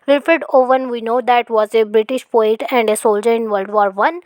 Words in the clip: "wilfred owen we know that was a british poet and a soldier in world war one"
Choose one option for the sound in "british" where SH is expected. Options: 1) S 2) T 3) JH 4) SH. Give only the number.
4